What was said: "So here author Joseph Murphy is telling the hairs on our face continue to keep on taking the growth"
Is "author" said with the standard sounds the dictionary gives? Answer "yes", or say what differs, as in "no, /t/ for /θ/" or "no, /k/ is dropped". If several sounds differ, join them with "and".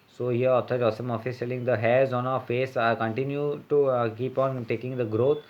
no, /t/ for /θ/